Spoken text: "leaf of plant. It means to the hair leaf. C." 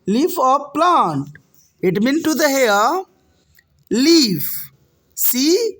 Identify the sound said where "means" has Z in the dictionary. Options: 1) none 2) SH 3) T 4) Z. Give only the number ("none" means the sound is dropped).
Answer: 1